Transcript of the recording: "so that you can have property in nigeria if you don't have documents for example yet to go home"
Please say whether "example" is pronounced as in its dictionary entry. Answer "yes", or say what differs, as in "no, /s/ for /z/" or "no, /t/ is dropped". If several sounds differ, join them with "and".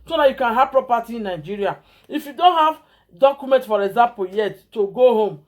no, /m/ is dropped